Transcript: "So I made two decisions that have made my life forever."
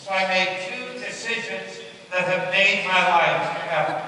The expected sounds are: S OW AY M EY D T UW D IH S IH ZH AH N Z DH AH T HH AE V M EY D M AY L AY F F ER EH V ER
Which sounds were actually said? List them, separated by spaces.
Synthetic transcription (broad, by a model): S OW AY M EY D T UW D IH S IH ZH AH N Z DH AH T HH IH V M EY D M AY L AY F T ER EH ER